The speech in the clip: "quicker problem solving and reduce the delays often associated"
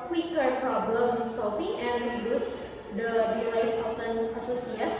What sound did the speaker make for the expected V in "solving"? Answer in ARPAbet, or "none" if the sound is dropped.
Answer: F